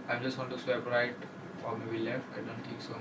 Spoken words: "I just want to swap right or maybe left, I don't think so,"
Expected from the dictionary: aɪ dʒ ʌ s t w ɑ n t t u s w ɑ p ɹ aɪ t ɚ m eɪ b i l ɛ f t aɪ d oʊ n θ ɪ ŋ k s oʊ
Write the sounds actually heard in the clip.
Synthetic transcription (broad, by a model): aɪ dʒ ʌ s t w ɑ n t t u s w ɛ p ɹ aɪ t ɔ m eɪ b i l ɛ f t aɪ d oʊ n t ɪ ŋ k s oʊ